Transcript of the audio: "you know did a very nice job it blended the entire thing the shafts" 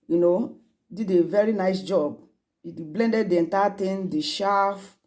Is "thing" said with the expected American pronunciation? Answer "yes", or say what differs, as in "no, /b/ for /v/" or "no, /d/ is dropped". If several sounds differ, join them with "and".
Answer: no, /t/ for /θ/